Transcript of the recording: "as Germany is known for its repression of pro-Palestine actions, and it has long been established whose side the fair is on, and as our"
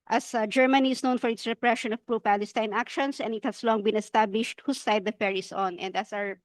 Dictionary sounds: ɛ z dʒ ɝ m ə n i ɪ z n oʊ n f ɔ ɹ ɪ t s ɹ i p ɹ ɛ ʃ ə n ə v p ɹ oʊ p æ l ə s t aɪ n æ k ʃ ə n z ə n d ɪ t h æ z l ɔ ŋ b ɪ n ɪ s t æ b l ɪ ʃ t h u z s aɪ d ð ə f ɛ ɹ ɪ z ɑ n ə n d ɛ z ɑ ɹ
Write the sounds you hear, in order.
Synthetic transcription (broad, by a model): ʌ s dʒ ɝ m ə n i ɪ s n oʊ n f ɔ ɹ ɪ t s ɹ i p ɹ ɛ ʃ ə n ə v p ɹ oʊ p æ l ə s t aɪ n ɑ k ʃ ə n s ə n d ɪ t h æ s l ɔ ŋ b ɪ n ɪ s t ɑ b l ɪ ʃ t h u s aɪ d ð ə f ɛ ɹ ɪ s ɑ n ə n d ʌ s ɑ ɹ